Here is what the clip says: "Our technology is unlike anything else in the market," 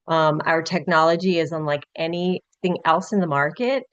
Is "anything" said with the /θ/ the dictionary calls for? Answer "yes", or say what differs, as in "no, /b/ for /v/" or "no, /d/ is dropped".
yes